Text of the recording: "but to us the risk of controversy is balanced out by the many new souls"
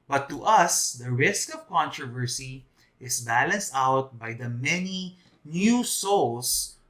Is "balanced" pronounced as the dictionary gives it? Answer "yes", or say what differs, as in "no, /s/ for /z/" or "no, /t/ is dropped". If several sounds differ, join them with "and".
yes